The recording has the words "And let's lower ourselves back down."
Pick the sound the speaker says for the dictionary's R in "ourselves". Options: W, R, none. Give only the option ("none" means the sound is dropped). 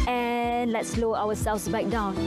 W